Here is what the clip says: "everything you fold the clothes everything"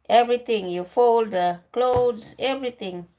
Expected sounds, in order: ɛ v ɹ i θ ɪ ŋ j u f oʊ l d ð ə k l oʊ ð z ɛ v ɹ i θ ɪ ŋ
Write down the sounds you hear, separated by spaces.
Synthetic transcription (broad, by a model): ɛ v ɹ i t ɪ ŋ j u f oʊ l d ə k l oʊ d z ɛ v ɹ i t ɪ ŋ